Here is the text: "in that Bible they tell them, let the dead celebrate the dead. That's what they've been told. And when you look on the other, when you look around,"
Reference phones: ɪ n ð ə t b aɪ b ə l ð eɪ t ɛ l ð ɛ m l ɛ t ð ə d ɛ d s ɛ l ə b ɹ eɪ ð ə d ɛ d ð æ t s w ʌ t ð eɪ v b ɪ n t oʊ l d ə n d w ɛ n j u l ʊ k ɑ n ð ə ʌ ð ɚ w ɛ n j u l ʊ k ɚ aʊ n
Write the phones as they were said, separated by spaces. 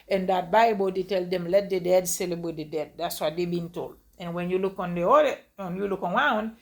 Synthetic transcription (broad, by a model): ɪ n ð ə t b aɪ b ə l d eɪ t ɛ l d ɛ m l ɛ t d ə d ɛ d s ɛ l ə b w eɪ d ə d ɛ d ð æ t s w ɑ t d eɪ b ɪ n t oʊ l d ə n w ɛ n j u l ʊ k ɑ n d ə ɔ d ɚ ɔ n j u l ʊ k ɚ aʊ n